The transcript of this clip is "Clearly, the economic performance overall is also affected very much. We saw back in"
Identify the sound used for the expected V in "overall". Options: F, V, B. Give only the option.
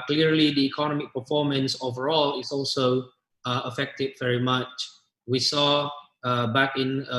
V